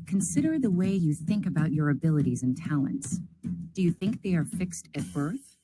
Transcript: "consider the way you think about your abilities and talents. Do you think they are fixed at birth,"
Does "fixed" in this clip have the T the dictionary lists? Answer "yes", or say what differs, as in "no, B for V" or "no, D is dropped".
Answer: yes